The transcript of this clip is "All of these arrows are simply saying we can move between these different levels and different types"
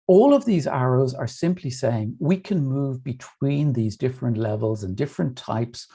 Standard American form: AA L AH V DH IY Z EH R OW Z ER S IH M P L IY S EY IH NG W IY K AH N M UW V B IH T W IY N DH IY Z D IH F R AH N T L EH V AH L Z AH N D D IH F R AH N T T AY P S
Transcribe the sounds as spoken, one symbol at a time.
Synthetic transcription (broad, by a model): AA L AH V DH IY Z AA R OW Z ER S IH M P L IY S EY IH NG W IY K AH N M UW V B IH T W IY N DH IY Z D IH F R AH N T L EH V AH L Z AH N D D IH F R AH N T T AY P S